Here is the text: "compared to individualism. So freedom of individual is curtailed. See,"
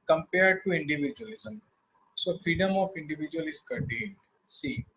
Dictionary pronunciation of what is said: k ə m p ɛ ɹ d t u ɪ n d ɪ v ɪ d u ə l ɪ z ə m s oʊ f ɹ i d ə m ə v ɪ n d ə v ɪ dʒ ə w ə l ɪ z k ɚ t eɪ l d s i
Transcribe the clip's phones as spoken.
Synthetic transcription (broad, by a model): k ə m p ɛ ɹ d t u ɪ n d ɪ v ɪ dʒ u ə l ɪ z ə m s oʊ f ɹ i d ə m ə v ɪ n d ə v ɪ dʒ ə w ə l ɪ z k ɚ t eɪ n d s i